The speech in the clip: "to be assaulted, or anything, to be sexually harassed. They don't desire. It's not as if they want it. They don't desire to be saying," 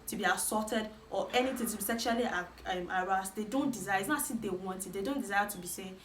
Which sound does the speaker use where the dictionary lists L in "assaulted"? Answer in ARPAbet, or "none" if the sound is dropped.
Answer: none